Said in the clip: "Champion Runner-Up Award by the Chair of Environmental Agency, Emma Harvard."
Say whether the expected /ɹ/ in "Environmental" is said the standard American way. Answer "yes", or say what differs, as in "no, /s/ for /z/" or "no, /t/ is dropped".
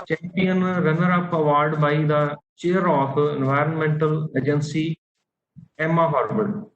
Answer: yes